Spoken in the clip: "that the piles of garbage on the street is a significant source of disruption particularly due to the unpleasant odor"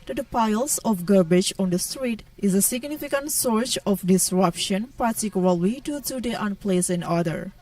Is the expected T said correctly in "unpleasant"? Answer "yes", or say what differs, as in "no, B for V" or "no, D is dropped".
no, T is dropped